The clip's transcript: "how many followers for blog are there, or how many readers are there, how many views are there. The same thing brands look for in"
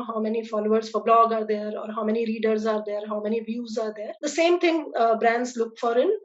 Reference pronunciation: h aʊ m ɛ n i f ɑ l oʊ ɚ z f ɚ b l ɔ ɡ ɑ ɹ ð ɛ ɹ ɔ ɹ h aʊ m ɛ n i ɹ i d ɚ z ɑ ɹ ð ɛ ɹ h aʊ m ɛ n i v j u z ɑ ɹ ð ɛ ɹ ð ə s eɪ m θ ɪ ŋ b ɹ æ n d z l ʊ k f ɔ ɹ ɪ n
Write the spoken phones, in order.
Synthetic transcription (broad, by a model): h aʊ m ɛ n i f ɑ l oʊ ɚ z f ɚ b l ɔ ɡ ɑ ɹ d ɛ ɹ ɔ ɹ h aʊ m ɛ n i ɹ i d ɚ z ɑ ɹ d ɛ ɹ h aʊ m ɛ n i v j u z ɑ ɹ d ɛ ɹ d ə s eɪ m t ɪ ŋ b ɹ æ n d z l ʊ k f ɔ ɹ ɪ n